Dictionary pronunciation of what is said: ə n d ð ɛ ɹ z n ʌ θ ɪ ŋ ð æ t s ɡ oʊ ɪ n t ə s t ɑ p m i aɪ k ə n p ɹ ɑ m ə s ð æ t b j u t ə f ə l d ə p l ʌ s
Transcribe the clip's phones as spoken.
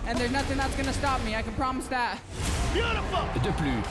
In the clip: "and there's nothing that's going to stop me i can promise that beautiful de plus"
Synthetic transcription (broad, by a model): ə n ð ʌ ɹ z n ʌ θ ɪ ŋ ð æ t s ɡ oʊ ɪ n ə s t ɑ p m i aɪ k ə n p ɹ ɑ m ə s ð æ t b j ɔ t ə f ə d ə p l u